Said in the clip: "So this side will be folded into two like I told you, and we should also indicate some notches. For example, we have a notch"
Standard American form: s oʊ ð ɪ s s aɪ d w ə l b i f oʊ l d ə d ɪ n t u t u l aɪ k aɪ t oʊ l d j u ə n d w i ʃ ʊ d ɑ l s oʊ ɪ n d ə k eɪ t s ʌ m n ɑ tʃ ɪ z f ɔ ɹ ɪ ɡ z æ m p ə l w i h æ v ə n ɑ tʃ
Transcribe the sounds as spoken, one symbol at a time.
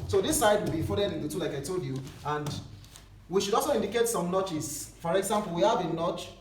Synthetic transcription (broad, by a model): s oʊ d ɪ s s aɪ d w ə l b i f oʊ d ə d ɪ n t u t u l aɪ k aɪ t oʊ l d j u ə n d w i ʃ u d ɑ l s oʊ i n d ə k eɪ t s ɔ m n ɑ tʃ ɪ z f ɔ ɹ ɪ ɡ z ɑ m p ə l w i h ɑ v ə n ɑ tʃ